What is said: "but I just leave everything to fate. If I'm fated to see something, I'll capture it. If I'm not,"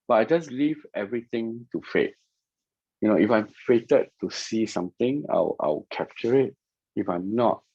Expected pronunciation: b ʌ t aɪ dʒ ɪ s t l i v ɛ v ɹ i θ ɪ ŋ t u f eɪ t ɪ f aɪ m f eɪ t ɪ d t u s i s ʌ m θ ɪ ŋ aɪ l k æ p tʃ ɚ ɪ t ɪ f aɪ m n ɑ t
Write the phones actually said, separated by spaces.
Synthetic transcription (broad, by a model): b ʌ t aɪ dʒ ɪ s l i v ɛ v ɹ i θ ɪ ŋ t u f eɪ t ɪ f aɪ m f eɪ t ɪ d t u s i s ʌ m t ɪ ŋ aɪ w k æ p tʃ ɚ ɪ t ɪ f aɪ m n ɑ t